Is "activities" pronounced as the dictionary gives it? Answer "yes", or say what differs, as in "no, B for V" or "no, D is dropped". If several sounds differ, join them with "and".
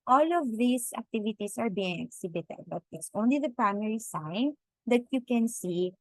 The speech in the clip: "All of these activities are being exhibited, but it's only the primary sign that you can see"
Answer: no, S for Z